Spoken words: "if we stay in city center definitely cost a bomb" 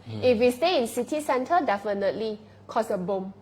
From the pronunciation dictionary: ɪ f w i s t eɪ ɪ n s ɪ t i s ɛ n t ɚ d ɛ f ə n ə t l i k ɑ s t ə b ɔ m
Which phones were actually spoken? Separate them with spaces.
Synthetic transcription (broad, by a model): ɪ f w i s t eɪ ɪ n s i t i s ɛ n t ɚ d ɛ f ə n ə t l i k ɑ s ə b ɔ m